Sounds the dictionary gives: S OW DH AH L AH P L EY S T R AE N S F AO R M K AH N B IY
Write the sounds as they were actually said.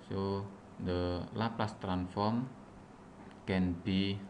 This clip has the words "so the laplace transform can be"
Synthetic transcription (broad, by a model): S OW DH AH L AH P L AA S T R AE N F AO R M K AH N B IY